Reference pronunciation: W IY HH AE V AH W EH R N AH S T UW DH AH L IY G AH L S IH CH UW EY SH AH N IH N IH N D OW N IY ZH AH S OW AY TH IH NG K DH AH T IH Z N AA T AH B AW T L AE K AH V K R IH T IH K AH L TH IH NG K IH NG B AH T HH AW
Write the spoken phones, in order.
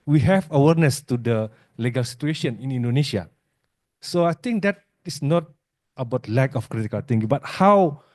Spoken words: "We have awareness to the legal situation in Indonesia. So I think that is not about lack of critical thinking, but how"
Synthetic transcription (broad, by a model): W IY HH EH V AH W EH R N AH S T UW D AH L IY G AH L S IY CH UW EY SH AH N IH N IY N D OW N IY SH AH S OW AY T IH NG K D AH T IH S N AA T AH B AW T L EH K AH F K R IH T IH K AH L T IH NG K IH B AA T HH AW